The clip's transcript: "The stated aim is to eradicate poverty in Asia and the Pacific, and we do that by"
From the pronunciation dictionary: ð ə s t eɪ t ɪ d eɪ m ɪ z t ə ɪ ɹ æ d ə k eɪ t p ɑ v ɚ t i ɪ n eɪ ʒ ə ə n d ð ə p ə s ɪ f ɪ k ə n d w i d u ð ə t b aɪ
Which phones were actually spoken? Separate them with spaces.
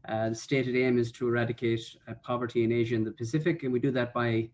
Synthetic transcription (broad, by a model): ð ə s t eɪ t ɪ d eɪ m ɪ z t ə ɪ ɹ æ d ə k eɪ t p ɑ v ɚ t i ɪ n eɪ ʒ ə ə n ð ə p ə s ɪ f ɪ k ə n w i d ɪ ð ə t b aɪ